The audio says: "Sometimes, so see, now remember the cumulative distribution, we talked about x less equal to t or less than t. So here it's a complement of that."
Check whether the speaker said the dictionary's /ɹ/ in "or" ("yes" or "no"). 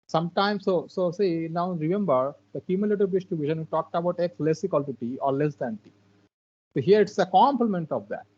yes